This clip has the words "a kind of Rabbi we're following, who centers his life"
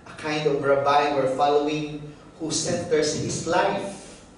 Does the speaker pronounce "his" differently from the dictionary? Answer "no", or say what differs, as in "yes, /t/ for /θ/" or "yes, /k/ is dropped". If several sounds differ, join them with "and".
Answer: yes, /s/ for /z/